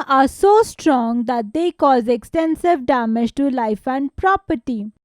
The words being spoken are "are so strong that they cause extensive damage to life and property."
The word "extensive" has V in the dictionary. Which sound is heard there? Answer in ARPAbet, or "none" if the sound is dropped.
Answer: V